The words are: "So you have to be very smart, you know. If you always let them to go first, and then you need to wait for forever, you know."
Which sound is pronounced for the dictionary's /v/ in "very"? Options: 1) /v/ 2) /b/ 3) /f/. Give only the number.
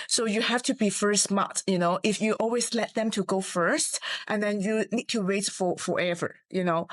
3